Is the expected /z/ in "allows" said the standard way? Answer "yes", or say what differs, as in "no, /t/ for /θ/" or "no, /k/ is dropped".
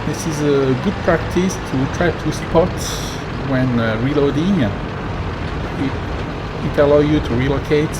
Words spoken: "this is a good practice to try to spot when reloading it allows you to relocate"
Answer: no, /z/ is dropped